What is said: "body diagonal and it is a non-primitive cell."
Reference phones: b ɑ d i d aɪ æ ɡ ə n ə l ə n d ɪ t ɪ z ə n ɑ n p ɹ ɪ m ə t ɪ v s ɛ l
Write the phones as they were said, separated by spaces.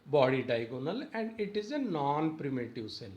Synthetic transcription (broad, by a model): b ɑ d i d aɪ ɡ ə n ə l ə n d ɪ t ɪ z ə n ɑ n p ɹ ɪ m ə t ɪ v s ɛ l